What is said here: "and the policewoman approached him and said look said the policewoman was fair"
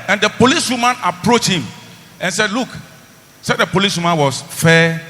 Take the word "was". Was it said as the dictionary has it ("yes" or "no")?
no